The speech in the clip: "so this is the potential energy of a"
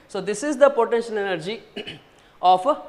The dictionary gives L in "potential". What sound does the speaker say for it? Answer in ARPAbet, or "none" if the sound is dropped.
L